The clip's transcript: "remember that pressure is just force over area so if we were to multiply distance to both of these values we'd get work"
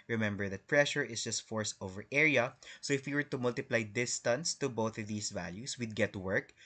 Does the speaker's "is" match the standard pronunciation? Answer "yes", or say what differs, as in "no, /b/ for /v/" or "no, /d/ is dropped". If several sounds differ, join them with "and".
no, /s/ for /z/